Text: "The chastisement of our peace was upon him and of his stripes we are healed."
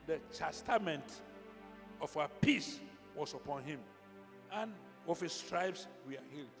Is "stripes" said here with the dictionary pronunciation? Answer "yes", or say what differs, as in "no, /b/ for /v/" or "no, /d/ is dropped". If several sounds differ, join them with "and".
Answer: no, /b/ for /p/